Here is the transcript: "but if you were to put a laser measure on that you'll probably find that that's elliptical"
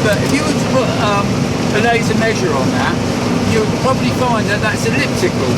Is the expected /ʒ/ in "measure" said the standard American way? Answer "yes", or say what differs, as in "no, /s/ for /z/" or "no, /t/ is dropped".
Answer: yes